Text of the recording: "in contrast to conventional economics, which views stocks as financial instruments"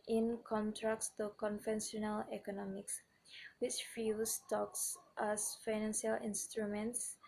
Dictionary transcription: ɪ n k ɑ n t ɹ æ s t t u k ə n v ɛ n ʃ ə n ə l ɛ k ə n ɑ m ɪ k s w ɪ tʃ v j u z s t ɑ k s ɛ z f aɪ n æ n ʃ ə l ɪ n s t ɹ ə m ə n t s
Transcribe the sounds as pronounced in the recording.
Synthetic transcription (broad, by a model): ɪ n k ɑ n t ɹ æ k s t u k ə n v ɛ n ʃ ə n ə l ɛ k ə n ɑ m ɪ k s w ɪ tʃ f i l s t ɑ k s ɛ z f aɪ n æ n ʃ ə l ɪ n s t ɹ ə m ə n t s